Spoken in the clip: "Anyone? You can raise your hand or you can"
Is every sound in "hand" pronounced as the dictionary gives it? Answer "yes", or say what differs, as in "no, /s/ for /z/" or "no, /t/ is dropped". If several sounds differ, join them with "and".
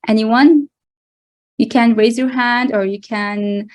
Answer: yes